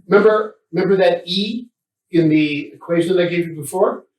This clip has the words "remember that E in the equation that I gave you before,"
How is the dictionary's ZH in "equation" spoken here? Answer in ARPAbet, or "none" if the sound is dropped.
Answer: ZH